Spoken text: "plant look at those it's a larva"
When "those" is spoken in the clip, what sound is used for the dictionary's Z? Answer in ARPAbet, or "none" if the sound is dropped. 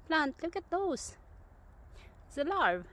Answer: none